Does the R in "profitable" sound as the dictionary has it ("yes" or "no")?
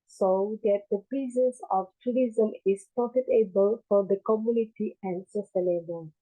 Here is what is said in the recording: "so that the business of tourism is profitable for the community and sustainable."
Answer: no